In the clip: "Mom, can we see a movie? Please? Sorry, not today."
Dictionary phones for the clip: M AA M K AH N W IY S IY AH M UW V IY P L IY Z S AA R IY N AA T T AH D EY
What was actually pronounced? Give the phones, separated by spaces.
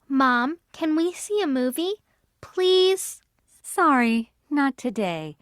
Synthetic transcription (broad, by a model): M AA M K AH N W IY S IY AH M UW V IY P L IY Z S AA R IY N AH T T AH D EY